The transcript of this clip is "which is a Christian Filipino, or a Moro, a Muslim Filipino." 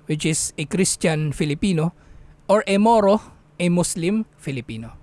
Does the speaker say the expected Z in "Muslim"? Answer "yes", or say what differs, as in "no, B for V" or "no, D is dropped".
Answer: no, S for Z